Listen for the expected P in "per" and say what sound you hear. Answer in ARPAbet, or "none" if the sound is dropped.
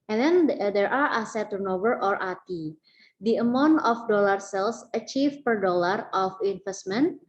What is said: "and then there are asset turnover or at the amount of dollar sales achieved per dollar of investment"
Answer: P